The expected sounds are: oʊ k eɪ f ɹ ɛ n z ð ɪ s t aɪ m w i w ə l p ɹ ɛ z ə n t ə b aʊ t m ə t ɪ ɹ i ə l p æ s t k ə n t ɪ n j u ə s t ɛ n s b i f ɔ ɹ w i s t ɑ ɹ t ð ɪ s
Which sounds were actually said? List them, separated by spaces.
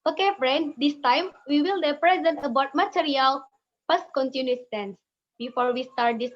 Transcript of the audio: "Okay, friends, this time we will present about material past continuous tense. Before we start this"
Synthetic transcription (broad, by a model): oʊ k eɪ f ɹ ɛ n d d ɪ s t aɪ m w i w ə l p ɹ ɛ z ə n t ə b aʊ t m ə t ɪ ɹ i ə l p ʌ s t k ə n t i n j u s t ɛ n s b i f ɔ ɹ w i s t ɑ ɹ t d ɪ s